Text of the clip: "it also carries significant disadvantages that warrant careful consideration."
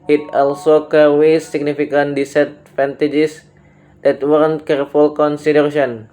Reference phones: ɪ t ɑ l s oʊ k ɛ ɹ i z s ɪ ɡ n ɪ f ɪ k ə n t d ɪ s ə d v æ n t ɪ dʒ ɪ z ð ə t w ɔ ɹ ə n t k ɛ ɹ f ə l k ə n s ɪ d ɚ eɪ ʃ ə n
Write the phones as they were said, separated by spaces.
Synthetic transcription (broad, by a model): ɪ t ɑ l s oʊ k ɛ w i s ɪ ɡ n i f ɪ k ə n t d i s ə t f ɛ n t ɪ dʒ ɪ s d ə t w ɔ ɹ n k ɛ ɹ f ə l k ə n s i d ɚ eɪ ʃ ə n